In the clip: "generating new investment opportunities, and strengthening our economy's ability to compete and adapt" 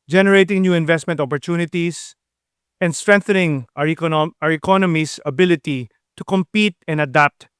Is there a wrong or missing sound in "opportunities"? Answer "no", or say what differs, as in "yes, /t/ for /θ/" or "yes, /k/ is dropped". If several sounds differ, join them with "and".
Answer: yes, /s/ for /z/